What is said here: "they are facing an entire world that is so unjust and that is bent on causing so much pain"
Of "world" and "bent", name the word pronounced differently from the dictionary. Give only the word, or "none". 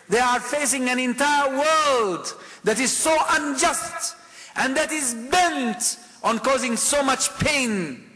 none